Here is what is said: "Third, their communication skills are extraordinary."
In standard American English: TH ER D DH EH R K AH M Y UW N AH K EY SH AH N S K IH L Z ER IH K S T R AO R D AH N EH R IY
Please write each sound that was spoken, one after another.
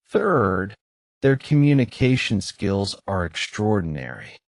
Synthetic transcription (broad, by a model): TH ER D DH EH R K AH M Y UW N AH K EY SH AH N S K IH L Z ER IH K S T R AO R D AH N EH R IY